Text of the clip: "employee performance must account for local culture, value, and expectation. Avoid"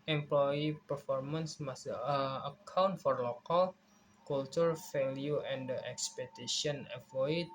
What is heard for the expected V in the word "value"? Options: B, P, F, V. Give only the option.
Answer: F